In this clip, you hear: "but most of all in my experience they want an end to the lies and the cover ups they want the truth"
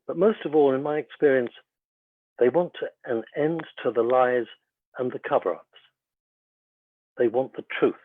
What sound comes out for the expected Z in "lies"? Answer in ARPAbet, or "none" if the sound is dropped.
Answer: Z